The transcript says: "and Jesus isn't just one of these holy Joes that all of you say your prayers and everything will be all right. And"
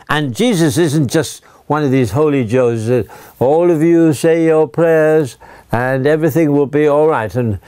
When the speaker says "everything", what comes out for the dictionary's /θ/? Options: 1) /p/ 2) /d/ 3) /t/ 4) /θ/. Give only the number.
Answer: 4